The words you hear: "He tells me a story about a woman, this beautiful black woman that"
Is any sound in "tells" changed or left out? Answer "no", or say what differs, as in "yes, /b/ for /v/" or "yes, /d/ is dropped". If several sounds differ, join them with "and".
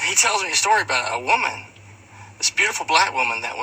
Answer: no